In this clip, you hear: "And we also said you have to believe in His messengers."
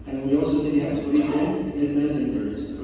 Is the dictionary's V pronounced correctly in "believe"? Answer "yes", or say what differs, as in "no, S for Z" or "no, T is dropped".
no, V is dropped